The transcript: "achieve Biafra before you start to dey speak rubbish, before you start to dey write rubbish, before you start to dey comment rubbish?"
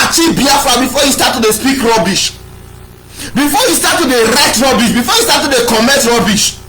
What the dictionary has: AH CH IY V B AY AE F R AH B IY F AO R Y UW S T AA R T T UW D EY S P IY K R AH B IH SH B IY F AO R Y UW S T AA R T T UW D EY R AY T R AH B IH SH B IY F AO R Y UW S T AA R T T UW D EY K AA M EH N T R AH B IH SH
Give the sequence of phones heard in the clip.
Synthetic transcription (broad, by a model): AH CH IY B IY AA F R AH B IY F AO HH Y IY S T AA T T UW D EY S P IY K R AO B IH SH B IY F AO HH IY S T AA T T UW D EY R AY T R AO B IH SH B IY F AO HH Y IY S T AA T T UW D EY K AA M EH T R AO B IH SH